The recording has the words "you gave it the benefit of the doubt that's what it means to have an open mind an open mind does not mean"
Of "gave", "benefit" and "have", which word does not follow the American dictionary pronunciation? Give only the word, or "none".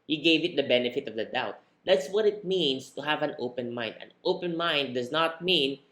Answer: none